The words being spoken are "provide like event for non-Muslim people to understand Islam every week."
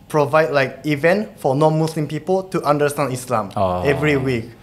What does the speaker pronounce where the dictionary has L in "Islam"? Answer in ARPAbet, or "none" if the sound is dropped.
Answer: L